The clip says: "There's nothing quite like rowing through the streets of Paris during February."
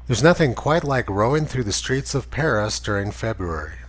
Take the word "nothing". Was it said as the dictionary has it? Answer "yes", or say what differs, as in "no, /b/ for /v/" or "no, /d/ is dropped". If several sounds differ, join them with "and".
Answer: yes